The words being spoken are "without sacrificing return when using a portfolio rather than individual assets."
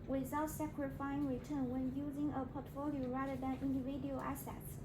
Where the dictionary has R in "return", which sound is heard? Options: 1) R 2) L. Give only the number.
1